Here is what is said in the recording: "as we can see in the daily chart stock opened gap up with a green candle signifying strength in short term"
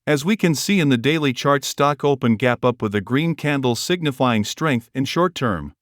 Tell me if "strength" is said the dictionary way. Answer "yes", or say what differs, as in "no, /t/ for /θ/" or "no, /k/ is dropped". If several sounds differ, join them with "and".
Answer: yes